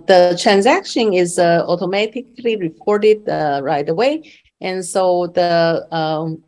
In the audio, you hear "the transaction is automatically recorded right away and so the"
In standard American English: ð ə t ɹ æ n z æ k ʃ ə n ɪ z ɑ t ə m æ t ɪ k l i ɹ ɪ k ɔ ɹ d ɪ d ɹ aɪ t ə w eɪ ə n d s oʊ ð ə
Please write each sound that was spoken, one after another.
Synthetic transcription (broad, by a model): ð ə t ɹ æ n z æ k ʃ ə n ɪ z ɑ t ə m æ t ɪ k l i ɹ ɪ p ɔ ɹ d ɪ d ɹ aɪ t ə w eɪ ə n s oʊ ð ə